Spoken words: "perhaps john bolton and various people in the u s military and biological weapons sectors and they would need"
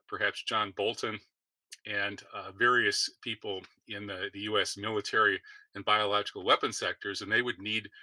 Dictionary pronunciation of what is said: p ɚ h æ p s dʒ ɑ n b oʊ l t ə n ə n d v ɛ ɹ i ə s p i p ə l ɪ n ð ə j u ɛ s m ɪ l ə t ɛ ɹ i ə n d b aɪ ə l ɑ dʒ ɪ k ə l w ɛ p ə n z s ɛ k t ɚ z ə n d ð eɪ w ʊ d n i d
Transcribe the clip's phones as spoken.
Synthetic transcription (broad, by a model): p ɚ h æ p s dʒ ɑ n b oʊ l t ə n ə n v ɛ ɹ i ə s p i p l ɪ n ð ə j u ɛ s m ɪ l ə t ɛ ɹ i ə n b aɪ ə l ɑ dʒ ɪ k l w ɛ p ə n s ɛ k t ɚ z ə n ð eɪ w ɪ d n i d